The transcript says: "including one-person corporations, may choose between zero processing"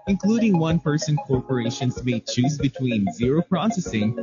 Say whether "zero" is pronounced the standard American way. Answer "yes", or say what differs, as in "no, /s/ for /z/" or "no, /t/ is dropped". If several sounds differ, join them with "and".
yes